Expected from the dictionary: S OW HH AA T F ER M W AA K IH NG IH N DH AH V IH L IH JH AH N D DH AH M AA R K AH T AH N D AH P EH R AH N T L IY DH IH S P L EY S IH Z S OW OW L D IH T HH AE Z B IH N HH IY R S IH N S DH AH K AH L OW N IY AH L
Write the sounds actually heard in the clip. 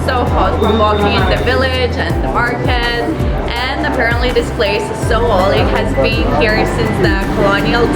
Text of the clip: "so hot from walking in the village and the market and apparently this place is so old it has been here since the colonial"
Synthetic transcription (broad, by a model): S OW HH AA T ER W AA K IH NG IH N DH AH V IH L IH JH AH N DH AH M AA R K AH T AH N AH P EH R AH N T L IY DH IH S P L EY S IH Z S OW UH L IH T HH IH Z B IH N HH IY R S IH N S DH AH K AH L OW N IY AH L